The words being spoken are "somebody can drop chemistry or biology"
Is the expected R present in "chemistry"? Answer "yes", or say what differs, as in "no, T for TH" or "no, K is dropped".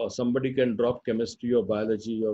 yes